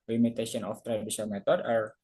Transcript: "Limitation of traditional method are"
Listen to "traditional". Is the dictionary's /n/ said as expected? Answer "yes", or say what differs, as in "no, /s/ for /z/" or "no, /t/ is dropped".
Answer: no, /n/ is dropped